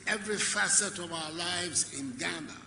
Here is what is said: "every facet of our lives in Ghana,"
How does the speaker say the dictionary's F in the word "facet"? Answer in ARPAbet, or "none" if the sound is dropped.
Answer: F